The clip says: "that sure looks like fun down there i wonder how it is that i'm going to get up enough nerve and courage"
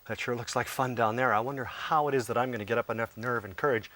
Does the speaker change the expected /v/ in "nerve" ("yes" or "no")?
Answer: no